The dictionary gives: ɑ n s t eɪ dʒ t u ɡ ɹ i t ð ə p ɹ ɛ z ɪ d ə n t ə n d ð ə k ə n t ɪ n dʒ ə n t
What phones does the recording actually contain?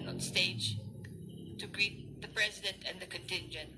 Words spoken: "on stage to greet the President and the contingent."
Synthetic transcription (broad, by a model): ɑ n s t eɪ dʒ t u ɡ ɹ i t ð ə p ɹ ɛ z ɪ d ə n t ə n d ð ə k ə n t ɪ n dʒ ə n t